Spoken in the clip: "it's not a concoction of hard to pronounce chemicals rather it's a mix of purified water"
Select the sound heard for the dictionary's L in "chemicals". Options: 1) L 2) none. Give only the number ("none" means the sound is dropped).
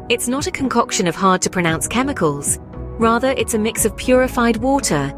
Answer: 1